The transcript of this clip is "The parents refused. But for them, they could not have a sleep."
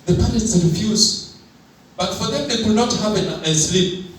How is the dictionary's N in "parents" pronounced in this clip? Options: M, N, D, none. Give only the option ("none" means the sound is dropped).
none